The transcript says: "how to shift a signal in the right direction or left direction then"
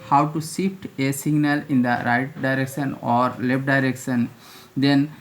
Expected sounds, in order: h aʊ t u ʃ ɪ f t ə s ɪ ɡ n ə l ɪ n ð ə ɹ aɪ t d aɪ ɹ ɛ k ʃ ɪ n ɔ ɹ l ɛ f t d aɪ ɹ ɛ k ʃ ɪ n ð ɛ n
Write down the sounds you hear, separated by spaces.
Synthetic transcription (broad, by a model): h aʊ t u s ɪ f t ə s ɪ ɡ n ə l ɪ n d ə ɹ aɪ t d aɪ ɹ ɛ k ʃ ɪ n ɔ ɹ l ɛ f t d aɪ ɹ ɛ k ʃ ɪ n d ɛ n